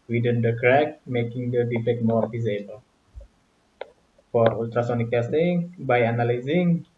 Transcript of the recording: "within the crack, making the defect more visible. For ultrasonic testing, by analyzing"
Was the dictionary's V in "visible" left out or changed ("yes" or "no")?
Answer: yes